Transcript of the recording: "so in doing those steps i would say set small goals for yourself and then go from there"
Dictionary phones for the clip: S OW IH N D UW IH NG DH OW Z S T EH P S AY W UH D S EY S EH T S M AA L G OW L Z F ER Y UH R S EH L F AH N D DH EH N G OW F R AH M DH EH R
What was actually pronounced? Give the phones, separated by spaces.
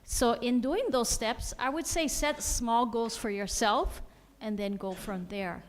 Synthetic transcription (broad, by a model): S OW IH N D UW IH NG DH OW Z S T EH P S AY W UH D S EY S EH T S M AA L G OW Z F ER Y UH R S EH L F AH N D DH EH N G OW F R AH M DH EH R